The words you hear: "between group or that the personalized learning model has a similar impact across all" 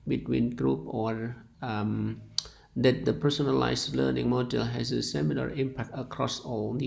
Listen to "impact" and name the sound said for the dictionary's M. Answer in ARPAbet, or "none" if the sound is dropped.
M